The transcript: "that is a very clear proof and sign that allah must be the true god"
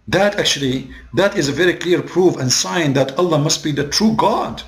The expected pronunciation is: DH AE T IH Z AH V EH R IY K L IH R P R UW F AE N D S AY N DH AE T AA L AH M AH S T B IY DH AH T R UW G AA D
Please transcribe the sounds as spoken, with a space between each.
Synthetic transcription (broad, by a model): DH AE T IH Z AH V EH R IY K L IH R P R UW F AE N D S AY N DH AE T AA L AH M AH S T B IY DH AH T R UW G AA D